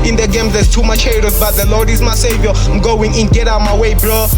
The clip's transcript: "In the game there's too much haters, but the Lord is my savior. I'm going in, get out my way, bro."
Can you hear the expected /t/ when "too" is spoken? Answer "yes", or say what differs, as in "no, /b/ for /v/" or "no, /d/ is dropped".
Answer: yes